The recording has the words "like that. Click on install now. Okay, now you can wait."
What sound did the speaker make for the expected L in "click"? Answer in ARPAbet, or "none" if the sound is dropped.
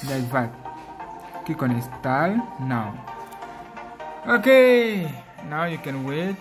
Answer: none